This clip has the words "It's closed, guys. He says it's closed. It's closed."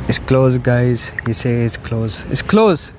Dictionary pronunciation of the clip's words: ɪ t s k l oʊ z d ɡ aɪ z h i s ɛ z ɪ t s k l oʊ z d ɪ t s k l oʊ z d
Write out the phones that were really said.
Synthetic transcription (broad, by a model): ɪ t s k l oʊ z ɡ aɪ z h i s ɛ ɪ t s k l oʊ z ɪ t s k l oʊ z